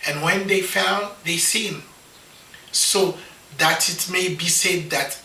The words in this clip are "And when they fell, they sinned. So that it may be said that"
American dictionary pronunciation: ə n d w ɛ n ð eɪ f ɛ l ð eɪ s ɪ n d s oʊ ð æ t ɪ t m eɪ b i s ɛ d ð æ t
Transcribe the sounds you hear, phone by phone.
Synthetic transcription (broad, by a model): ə n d w ɛ n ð eɪ f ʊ n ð eɪ s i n s oʊ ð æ t ɪ t m eɪ b i s ɛ d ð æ t